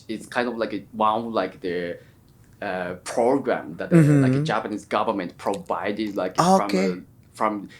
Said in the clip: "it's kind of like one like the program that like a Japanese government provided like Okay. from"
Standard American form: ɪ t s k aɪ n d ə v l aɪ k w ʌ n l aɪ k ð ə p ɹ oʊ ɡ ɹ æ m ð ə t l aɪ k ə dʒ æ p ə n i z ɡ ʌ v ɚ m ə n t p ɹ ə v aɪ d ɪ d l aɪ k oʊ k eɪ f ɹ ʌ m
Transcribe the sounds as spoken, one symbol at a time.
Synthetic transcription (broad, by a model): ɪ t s k aɪ n d ə v l aɪ k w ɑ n l aɪ k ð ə p ɹ oʊ ɡ ɹ æ m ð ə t l aɪ k ə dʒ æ p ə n i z ɡ ʌ v ɚ m ə n t p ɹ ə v aɪ d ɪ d l aɪ k oʊ k eɪ f ɹ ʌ m